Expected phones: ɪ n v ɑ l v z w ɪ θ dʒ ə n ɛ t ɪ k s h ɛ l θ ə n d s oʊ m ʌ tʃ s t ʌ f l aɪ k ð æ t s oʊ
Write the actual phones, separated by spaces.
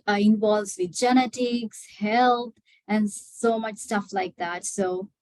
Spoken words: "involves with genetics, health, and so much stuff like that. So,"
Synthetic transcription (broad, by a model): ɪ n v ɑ l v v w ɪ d dʒ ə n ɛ t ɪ k s h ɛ l t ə n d s oʊ m ʌ tʃ s t ʌ f l aɪ k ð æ t s oʊ